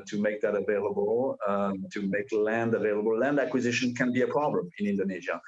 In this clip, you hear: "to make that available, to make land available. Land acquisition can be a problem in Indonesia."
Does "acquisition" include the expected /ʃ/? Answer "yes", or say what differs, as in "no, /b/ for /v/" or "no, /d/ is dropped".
yes